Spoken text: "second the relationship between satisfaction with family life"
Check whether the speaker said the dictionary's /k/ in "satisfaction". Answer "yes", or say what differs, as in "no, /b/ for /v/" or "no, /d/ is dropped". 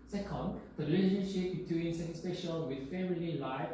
no, /k/ is dropped